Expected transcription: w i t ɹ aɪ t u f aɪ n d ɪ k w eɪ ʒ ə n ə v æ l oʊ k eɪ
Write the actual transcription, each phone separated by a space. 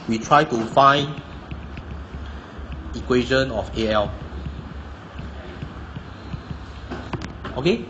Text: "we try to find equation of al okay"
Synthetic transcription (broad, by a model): w i t ɹ aɪ t u f aɪ n ɪ k w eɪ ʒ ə n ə f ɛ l oʊ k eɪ